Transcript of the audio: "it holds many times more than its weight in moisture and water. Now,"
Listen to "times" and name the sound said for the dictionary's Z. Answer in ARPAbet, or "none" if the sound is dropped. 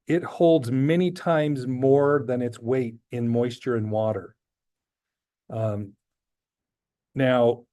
Z